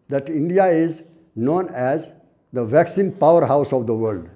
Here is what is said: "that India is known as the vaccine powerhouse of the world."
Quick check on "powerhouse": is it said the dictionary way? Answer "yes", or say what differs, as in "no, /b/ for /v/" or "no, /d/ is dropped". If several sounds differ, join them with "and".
yes